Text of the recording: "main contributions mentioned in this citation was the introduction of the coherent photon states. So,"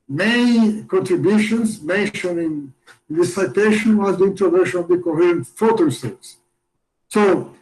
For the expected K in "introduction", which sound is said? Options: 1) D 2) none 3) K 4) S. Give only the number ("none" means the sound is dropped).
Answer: 2